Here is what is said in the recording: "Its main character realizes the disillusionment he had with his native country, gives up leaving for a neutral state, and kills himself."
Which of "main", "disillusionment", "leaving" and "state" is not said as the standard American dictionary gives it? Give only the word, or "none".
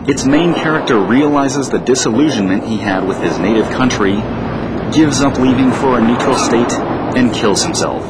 none